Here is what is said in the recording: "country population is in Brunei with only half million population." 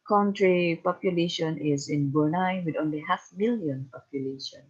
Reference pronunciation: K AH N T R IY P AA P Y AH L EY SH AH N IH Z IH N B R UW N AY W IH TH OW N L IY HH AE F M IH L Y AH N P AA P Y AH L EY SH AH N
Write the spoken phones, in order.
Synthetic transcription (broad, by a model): K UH N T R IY P AA P Y AH L EY SH AH N IH Z IH N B UW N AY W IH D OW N L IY HH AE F M IH L Y AH N P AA P Y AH L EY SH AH N